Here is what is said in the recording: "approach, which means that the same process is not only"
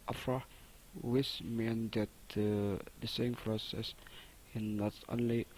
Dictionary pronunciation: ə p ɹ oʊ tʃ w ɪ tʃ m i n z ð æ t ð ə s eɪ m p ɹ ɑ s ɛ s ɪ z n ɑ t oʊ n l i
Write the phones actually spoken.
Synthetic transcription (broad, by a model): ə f ɹ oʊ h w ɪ s m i n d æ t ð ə s eɪ m p ɹ ɑ s ɛ s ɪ n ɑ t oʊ n l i